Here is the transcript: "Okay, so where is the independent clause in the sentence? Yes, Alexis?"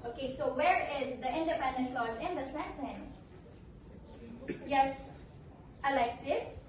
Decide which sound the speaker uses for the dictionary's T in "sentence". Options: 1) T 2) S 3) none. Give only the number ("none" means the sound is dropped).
1